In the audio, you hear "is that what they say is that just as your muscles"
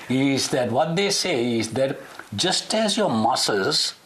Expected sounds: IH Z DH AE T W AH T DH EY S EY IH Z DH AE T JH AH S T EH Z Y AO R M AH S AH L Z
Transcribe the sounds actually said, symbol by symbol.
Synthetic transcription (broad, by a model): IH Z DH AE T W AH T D EY S EY IH Z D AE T JH AH S T EH Z Y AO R M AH S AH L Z